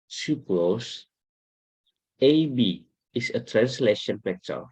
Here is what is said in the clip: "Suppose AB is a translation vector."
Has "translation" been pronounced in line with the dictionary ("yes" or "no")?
yes